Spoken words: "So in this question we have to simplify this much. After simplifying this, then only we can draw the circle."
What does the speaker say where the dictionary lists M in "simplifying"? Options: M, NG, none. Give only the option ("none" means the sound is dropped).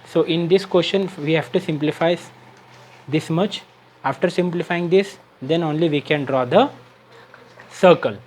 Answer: M